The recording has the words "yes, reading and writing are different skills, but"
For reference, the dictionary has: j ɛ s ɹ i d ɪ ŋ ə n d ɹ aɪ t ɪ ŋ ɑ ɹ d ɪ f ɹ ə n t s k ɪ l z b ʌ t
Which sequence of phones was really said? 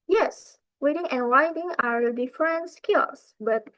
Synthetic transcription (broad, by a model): j ɛ s w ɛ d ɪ ŋ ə n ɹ aɪ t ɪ ŋ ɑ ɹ d ɪ f ɹ ə n t s k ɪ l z b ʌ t